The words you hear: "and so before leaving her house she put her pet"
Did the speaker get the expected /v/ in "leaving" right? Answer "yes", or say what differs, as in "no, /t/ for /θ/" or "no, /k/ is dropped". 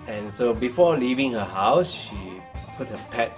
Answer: yes